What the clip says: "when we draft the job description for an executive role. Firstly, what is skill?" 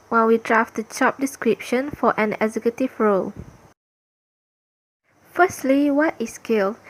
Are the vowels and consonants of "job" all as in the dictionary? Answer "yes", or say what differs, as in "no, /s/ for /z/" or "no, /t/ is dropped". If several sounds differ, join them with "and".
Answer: no, /tʃ/ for /dʒ/